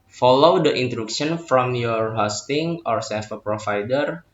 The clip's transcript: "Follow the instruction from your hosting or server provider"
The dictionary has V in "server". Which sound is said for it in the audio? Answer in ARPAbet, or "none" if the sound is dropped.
F